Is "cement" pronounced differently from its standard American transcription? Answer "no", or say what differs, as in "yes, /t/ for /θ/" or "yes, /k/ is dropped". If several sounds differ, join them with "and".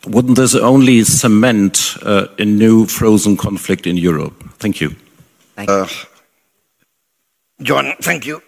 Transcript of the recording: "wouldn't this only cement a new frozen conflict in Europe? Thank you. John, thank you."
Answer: no